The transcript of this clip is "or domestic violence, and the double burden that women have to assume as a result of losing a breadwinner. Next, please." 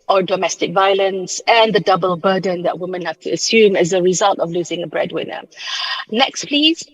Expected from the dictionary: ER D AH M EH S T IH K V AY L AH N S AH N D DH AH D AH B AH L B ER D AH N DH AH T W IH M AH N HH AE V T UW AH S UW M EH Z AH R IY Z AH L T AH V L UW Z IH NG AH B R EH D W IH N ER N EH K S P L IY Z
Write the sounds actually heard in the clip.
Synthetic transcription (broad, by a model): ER D AH M EH S T IH K V AY L AH N S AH N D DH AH D AH B AH L B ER D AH N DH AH T W IH M AH N HH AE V T UW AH S UW M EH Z AH R IY Z AH L T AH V L UW Z IH NG AH B R EH D W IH N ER N EH K S P L IY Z